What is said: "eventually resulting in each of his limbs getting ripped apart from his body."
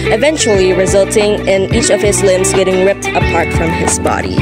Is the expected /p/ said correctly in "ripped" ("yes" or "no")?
yes